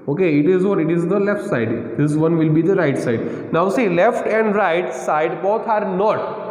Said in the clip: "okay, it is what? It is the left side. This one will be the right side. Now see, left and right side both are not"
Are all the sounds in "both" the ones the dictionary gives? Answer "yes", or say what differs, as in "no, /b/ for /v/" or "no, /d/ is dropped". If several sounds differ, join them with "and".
no, /t/ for /θ/